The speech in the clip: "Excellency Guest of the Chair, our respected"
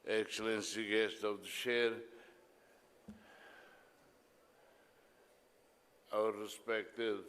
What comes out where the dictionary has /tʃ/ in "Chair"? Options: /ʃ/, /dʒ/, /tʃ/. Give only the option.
/ʃ/